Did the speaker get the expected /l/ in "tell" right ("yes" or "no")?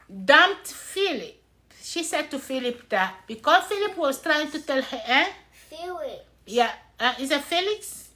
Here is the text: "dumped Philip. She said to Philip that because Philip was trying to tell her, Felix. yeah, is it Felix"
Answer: yes